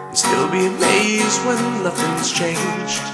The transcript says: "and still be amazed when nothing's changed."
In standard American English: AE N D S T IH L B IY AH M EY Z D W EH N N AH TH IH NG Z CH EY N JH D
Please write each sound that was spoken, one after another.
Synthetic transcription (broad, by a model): S T IH L B IY AH M EY Z D W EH N L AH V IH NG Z CH EY N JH